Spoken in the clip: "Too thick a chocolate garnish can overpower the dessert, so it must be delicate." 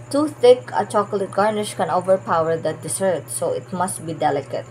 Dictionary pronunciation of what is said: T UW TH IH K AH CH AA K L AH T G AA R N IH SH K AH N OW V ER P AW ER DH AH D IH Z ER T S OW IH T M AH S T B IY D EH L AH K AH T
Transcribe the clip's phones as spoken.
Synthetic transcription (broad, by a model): T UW TH IH K AH CH AA K L AH T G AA R N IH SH K AH N OW V ER P AW ER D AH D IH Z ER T S OW IH T M AH S T B IY D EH L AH K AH T